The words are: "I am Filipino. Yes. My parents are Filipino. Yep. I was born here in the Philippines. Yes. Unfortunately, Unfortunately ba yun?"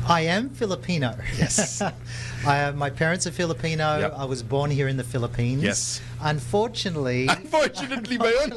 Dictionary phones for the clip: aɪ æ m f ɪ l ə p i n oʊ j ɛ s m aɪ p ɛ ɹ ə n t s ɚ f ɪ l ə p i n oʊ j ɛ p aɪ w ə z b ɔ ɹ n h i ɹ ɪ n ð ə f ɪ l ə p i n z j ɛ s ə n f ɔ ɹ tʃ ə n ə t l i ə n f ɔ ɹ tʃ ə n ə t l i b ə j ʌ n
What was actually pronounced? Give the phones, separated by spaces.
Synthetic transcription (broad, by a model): aɪ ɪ m f ɪ l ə p i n oʊ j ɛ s m aɪ p ɛ ɹ ə n t s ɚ f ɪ l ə p i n oʊ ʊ aɪ w ə z b ɔ ɹ n h i ɹ ɪ n ð ə f ɪ l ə p i n j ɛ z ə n f ɔ ɹ tʃ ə n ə t l i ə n f ɔ ɹ tʃ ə n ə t l i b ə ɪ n